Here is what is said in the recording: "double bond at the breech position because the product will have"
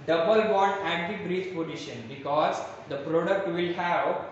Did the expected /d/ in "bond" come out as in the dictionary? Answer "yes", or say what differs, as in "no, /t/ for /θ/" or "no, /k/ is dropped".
no, /d/ is dropped